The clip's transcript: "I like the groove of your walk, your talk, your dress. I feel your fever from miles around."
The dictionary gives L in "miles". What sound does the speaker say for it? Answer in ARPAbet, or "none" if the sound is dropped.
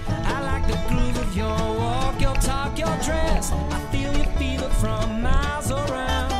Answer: none